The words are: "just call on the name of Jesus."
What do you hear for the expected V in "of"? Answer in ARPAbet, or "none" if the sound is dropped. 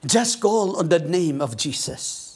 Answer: V